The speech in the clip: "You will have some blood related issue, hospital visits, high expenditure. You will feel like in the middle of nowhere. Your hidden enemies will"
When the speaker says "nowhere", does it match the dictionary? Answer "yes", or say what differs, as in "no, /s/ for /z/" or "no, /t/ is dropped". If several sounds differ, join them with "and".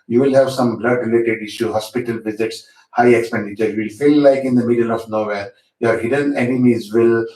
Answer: no, /l/ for /ɹ/